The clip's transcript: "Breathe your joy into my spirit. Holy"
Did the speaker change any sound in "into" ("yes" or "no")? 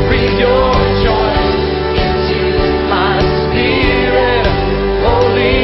yes